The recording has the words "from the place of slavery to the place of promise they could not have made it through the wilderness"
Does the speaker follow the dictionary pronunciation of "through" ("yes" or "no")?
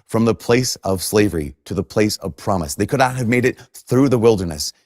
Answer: yes